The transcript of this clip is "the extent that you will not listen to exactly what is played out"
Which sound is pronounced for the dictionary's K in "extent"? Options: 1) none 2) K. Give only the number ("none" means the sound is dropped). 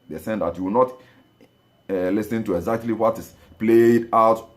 1